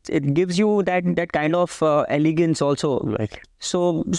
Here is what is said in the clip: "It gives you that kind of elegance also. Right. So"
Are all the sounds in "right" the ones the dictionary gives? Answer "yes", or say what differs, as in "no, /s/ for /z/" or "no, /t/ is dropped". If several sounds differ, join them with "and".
no, /l/ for /ɹ/